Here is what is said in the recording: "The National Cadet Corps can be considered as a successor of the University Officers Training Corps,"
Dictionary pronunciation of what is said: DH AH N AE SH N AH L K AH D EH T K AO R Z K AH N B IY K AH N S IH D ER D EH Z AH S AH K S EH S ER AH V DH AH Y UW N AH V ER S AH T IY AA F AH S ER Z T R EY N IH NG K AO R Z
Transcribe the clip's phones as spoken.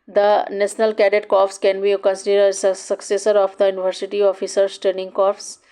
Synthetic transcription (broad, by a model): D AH N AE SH N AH L K AH D EH T K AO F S K AH N B IY K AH N S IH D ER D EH S AH S AH K S EH S ER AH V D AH Y UW N AH V ER S AH T IY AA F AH S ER S T EY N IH NG K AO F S